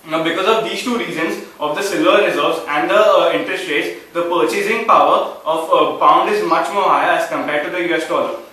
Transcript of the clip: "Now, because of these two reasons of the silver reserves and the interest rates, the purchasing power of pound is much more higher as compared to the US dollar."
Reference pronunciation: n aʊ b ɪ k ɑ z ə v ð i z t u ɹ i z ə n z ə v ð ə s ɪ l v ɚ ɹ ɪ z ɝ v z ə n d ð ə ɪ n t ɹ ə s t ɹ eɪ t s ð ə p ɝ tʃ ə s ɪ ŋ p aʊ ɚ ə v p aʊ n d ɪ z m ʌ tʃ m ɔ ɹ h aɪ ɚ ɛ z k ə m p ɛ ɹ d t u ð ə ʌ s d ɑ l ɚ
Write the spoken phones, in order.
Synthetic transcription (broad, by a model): b ɪ k ɑ z ə v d i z t u ɹ i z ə n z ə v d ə s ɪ l ɚ ɹ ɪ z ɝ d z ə n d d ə ɪ n t ɹ ə s t ɹ eɪ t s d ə p ɝ tʃ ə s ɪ ŋ p aʊ ɚ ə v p aʊ n d ɪ z m ʌ tʃ m ɔ ɹ h aɪ ɚ ɛ z k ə m p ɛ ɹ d t u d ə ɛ s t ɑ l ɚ